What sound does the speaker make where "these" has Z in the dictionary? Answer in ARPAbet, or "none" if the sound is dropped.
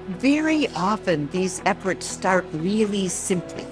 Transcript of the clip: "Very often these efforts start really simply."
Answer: Z